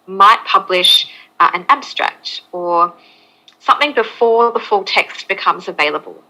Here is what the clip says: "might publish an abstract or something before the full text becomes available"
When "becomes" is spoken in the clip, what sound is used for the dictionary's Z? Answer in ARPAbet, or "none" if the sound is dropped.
Z